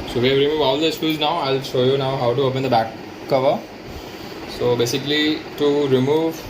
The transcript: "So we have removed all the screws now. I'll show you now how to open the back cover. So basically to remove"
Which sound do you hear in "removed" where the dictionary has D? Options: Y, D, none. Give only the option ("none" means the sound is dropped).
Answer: none